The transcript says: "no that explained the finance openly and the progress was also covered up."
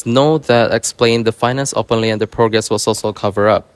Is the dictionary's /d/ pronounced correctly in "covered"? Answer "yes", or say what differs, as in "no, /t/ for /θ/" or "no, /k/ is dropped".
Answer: no, /d/ is dropped